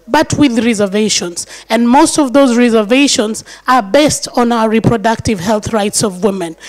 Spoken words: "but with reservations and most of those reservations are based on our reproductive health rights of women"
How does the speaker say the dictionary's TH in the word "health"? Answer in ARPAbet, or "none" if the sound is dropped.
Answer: TH